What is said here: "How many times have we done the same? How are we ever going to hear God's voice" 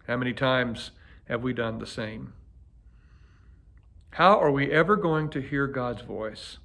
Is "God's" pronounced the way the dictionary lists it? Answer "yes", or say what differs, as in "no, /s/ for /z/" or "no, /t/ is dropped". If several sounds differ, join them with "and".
yes